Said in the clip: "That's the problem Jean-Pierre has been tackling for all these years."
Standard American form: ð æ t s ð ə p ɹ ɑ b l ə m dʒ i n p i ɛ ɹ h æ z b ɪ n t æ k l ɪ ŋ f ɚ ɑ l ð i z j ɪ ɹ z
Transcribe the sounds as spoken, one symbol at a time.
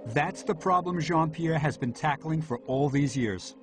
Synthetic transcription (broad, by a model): ð æ t s ð ə p ɹ ɑ b l ə m ʒ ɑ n p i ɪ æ z b ɪ n t æ k l ɪ ŋ f ɚ ɑ l ð i z j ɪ ɹ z